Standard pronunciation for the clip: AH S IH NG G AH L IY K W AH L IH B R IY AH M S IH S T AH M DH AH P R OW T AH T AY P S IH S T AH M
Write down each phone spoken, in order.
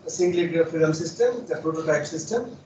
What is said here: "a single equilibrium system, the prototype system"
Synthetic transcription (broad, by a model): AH S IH NG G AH L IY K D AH AO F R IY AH M S IH S T AH M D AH P R OW T AH T AY P S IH S T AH M